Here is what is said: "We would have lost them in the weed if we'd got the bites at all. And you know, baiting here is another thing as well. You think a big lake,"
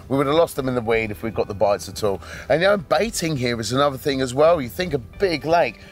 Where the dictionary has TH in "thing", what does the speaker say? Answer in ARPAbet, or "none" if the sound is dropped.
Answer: TH